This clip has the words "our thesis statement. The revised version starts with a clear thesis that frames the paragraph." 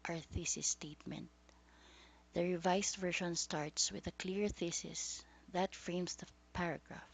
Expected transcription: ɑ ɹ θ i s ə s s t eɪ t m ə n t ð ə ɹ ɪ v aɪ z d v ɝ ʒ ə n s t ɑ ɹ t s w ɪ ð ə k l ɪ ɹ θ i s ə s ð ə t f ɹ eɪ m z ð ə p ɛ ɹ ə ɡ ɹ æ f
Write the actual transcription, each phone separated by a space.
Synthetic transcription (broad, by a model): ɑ ɹ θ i s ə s s t eɪ t m ə n t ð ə ɹ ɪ v aɪ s v ɝ ʃ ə n s t ɑ ɹ t s w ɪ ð ə k l ɪ ɹ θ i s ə s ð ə t f ɹ eɪ m s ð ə p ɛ ɹ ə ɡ ɹ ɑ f